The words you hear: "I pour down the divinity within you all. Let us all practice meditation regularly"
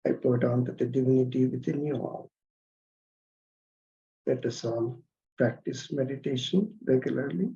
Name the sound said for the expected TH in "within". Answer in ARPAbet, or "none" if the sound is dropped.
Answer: T